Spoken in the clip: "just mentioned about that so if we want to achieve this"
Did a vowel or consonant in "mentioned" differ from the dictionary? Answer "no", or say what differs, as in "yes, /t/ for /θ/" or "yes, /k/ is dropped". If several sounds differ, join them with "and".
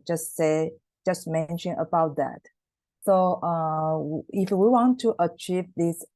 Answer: yes, /d/ is dropped